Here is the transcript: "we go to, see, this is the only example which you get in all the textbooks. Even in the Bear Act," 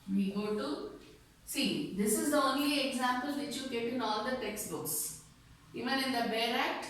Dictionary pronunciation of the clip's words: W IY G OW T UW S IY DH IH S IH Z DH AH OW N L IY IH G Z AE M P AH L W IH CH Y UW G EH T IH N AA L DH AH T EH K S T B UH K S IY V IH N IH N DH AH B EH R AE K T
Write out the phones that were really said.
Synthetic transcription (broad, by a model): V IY G OW T UW S IY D IH S IH Z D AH OW N L IY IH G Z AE M P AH L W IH CH Y UW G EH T IH N AA L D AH T EH K S T B UH K S IY V IH N IH N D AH B EH R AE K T